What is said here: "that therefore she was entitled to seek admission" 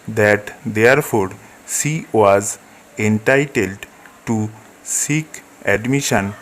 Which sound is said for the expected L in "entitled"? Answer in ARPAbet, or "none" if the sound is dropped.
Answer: L